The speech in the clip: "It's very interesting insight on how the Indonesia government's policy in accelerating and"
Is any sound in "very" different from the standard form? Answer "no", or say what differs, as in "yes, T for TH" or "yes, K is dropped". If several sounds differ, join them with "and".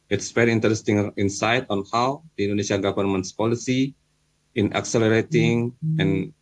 yes, P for V